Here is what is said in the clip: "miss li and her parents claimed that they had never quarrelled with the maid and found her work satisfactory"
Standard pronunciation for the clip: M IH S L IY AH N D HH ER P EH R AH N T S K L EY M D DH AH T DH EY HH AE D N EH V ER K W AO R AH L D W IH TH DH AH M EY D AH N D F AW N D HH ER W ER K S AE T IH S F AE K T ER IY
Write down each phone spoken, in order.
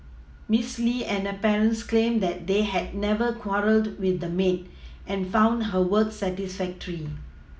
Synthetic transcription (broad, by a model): M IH S L IY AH N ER P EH R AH N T S K L EY M D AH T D EY HH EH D N EH V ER K W AO R AH L D W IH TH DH AH M EY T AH N F AW N D HH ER W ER K S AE T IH S F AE K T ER IY